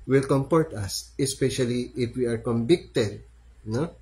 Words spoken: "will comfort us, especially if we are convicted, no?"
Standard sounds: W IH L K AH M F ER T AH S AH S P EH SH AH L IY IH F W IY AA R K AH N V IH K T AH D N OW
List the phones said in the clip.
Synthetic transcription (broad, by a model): W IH L K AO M P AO T AH S AH S P EH SH AH L IY IH F W IY AA R K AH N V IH K T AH D N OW